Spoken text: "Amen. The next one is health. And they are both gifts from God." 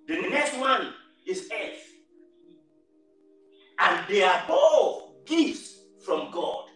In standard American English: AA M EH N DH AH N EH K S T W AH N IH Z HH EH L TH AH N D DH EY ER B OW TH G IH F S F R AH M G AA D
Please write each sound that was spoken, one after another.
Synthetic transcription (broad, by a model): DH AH N EH K S T W AH N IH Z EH TH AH N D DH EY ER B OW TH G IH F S F R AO M G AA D